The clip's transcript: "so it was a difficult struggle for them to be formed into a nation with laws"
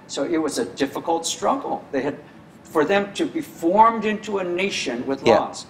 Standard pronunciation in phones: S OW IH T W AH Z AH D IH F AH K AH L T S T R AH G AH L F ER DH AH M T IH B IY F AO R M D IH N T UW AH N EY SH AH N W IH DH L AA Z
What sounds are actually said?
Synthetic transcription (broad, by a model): S OW IH T W AH Z AH D IH F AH K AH L T S T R AH G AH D F ER DH AH M T IH B IY F AO R M D IH N T UW AH N EY SH AH N W IH DH L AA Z